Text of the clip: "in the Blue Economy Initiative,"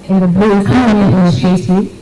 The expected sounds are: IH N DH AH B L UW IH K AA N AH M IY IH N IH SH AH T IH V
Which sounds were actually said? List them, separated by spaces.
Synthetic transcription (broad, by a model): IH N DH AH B UW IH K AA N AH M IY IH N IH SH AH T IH